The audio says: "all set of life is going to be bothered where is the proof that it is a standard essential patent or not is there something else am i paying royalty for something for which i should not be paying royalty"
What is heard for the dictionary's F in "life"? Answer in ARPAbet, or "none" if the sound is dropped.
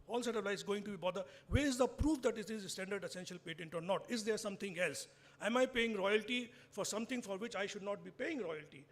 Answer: none